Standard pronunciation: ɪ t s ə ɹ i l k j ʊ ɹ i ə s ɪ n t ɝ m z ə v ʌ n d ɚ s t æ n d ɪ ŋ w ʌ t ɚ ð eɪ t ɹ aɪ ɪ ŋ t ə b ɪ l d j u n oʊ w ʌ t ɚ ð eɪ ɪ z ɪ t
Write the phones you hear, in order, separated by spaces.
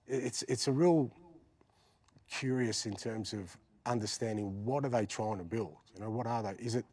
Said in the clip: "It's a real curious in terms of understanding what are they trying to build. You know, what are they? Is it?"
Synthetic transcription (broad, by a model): ɪ t s ə ɹ i l k j ʊ ɹ i ə s ɪ n t ɝ m z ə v ʌ n d ɚ s t æ n d ɪ ŋ w ʌ t ɚ ð eɪ t ɹ aɪ ɪ ŋ t ə b ɪ l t j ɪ n oʊ w ʌ t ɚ ð eɪ ɪ z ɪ t